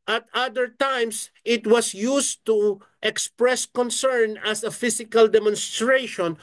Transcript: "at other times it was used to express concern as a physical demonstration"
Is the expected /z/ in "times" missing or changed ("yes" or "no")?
yes